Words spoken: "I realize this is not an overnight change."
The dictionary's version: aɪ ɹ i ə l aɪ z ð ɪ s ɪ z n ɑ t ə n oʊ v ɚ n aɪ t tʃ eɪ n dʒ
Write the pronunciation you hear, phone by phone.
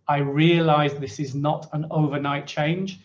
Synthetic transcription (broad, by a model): aɪ ɹ i ə l aɪ z ð ɪ s ɪ z n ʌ t ə n oʊ v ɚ n aɪ t tʃ eɪ n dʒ